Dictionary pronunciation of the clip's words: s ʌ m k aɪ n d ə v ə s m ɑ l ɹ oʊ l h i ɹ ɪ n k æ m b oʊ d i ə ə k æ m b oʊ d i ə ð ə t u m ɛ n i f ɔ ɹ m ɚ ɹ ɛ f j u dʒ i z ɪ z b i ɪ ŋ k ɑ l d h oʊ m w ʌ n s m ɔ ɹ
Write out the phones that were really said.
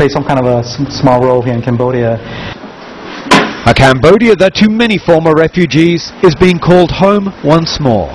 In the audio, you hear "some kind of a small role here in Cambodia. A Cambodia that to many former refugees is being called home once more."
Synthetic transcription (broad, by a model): s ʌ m k aɪ n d ə v ə s m ɑ l ɹ oʊ l h i ɹ ɪ n k æ m b oʊ d i ə ə k æ m b oʊ d i ə ð ə t u m ɛ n i f ɔ ɹ m ɚ ɹ ɛ f j u dʒ i z ɪ z b i ɪ ŋ k ɑ l d h oʊ m w ʌ n s m ɔ ɹ